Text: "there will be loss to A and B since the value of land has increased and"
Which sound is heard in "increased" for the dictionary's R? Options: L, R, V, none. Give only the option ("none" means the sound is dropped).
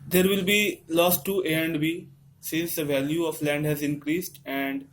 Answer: R